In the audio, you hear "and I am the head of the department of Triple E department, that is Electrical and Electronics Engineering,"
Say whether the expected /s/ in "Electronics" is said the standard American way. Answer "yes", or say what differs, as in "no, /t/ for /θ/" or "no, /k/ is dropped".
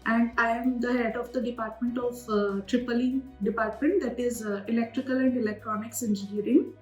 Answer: yes